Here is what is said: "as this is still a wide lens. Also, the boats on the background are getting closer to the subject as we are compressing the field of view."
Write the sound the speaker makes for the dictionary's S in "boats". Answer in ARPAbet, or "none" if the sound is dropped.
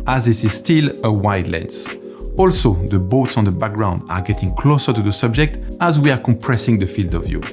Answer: S